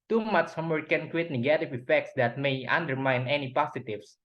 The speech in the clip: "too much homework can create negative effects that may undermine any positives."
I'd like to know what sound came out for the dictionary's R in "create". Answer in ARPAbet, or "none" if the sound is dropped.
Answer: W